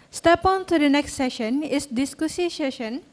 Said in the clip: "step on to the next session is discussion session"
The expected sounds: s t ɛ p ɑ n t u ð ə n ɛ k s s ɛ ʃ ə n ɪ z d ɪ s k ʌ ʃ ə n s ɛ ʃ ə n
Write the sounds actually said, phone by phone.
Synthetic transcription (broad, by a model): s t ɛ p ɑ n t u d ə n ɛ k s s ɛ ʃ ə n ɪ s d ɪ s k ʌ s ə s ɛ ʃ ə n